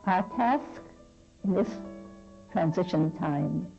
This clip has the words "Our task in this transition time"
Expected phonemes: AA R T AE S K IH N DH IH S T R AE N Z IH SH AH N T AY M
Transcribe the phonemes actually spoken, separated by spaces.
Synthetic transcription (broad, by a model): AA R T AE S K IH N DH IH S T R AE N Z IH SH AH N T AY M